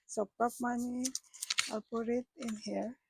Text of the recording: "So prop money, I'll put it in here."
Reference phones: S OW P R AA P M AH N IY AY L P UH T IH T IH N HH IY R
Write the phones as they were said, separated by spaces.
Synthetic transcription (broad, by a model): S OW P AA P M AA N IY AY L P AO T IH T IH N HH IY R